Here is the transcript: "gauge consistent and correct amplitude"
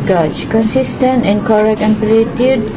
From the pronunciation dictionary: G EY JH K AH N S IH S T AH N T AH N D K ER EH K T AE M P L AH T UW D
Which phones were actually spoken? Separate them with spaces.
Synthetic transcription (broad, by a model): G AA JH K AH N S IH S T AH N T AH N K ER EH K AE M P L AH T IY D